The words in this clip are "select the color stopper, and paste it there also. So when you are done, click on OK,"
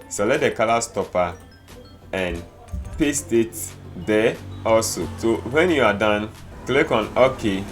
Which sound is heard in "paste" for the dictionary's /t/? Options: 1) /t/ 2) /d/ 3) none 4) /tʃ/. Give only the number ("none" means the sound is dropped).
1